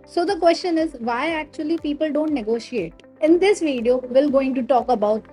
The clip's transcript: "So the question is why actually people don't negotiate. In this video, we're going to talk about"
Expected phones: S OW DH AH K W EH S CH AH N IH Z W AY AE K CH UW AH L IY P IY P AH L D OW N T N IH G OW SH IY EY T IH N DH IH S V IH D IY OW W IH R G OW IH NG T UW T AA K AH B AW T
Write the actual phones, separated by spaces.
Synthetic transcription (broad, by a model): S OW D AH K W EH S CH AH N IH Z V AY AE K CH UW AH L IY P IY P AH L D OW N T N IH G OW SH IY EY T IH N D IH S V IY D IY OW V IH L G OW IH NG T UW T AA K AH B AW T